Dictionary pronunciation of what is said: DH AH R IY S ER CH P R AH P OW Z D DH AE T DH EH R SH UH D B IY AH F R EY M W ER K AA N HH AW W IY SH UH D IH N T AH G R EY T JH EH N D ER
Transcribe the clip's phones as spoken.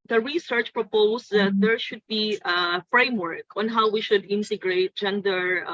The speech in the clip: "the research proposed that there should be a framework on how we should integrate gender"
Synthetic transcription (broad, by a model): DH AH R IY S ER CH P R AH P OW S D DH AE T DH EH R SH UH D B IY AH F R EY M W ER K AA N HH AW W IY SH UH D IH N T AH G R EY T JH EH N D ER